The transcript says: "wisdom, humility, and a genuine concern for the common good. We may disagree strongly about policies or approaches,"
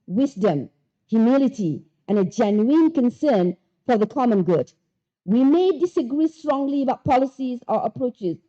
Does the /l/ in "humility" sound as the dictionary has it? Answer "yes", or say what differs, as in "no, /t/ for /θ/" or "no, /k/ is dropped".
yes